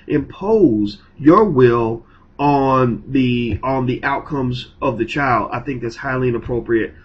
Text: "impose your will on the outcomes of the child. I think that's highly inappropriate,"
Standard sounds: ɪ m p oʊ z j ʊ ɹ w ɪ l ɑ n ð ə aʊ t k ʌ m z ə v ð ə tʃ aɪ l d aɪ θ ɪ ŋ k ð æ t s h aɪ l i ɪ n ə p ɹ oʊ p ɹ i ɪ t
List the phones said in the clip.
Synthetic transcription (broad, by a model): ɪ m p oʊ z j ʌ ɹ w ɪ l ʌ n ð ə aʊ t k ʌ m z ə v ð ə tʃ aɪ l d aɪ θ ɪ ŋ k ð æ t s h aɪ l i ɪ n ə p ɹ oʊ p ɹ i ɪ t